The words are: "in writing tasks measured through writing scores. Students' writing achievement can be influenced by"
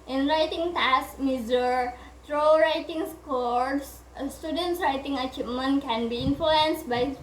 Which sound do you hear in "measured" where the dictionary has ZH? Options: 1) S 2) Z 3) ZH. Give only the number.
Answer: 2